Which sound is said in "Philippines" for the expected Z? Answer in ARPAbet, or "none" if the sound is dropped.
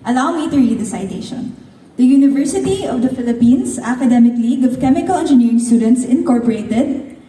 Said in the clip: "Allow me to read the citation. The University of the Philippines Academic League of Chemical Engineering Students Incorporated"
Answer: S